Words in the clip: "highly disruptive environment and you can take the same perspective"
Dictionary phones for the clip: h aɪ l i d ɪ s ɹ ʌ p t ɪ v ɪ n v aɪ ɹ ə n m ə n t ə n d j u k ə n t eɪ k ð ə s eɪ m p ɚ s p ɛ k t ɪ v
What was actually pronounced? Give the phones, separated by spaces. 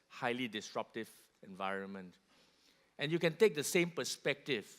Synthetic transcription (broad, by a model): h aɪ l i d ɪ s ɹ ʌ p t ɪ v ɪ n v aɪ ɹ ə n m ə n t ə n j u k ə n t eɪ k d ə s eɪ m p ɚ s p ɛ k t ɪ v